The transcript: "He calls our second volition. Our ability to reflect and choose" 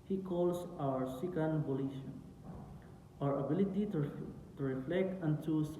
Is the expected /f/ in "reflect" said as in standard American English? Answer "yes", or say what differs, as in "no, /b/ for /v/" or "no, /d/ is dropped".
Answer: yes